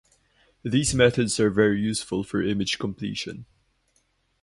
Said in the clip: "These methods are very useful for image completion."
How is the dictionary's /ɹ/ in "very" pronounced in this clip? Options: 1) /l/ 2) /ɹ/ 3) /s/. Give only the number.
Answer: 2